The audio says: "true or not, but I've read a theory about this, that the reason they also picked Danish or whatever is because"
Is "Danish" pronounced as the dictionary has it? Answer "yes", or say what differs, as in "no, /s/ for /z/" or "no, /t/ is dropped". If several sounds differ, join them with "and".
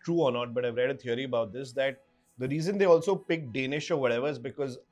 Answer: yes